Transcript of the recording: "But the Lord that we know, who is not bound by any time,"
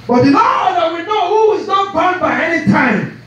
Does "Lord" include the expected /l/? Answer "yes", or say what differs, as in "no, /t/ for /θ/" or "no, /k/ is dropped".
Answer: no, /n/ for /l/